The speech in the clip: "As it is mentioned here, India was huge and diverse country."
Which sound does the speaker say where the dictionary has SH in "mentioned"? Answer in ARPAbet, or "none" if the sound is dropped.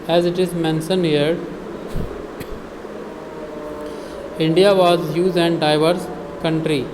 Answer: S